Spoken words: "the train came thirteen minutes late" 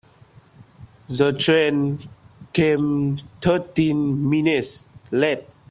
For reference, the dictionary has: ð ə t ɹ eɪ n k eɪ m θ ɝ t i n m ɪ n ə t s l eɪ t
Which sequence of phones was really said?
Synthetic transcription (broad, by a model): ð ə t ɹ eɪ n k eɪ m t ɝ t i n m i n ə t s l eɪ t